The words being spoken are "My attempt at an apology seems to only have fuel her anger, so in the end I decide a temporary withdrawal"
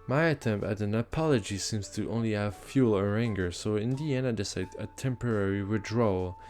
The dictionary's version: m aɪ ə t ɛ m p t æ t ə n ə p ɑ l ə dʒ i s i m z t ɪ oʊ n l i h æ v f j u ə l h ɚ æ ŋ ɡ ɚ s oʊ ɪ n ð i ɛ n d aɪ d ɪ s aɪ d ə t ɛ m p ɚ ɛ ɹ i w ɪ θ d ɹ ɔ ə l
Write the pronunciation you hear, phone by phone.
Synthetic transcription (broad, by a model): m aɪ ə t ɛ m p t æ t ə n ə p ɑ l ə dʒ i s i m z t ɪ oʊ n l i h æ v f j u l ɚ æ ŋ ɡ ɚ s oʊ ɪ n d i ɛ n aɪ d ɪ s aɪ d ə t ɛ m p ɚ ɛ ɹ i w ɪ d ɹ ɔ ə l